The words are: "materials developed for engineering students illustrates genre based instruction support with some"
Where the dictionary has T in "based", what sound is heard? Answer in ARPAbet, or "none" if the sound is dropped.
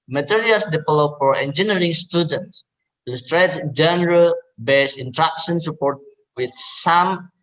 none